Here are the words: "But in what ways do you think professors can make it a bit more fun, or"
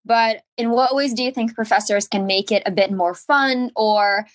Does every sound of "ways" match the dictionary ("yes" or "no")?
yes